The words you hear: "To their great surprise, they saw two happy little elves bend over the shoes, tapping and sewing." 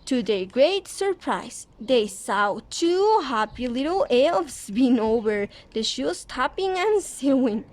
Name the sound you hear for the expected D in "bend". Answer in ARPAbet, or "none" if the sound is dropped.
none